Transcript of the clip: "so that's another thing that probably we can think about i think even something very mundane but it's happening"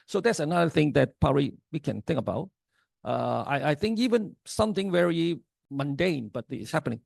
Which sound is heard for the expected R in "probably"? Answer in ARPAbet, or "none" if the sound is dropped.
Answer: none